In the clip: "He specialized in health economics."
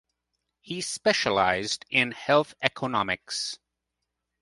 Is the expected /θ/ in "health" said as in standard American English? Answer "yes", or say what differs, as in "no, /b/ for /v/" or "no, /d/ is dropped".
yes